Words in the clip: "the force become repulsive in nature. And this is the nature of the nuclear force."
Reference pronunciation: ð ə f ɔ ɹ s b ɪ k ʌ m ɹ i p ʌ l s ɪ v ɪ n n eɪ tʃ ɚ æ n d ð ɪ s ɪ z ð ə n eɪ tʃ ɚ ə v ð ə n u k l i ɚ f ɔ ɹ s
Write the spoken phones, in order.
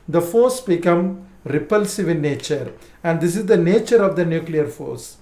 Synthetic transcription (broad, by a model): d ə f ɔ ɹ s b ɪ k ʌ m ɹ i p ʌ l s ɪ v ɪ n n eɪ tʃ ɚ æ n d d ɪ s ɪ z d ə n eɪ tʃ ɚ ə v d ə n u k l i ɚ f ɔ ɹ s